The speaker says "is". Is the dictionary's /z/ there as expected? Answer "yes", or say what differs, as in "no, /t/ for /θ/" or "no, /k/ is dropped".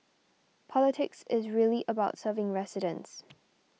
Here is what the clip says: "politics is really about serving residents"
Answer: yes